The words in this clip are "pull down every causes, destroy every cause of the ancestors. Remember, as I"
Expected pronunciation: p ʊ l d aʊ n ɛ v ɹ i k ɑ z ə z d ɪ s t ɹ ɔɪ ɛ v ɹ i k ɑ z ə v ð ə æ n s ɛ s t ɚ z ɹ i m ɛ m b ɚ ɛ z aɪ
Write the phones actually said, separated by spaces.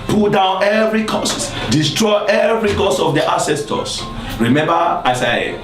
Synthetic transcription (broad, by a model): p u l d aʊ n ɛ v ɹ i k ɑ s d ɪ s t ɹ ɔɪ ɛ v ɹ i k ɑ s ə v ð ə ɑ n s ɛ s t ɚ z ɹ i m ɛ m b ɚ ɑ s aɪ